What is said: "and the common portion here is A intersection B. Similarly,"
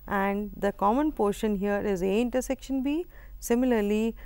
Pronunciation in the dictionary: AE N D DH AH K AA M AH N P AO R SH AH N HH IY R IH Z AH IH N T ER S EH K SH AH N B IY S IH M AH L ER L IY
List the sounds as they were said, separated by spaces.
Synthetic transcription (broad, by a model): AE N D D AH K AA M AH N P AO R SH AH N HH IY R IH Z AH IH N T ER S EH K SH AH N B IY S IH M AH L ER L IY